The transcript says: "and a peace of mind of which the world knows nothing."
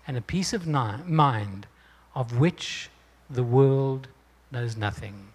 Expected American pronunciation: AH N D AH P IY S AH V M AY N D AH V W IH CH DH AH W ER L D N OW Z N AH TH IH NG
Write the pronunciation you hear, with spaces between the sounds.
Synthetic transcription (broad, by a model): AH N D AH P IY S AH V M AY N D AH V W IH CH DH AH W ER L D N OW Z N AH TH IH NG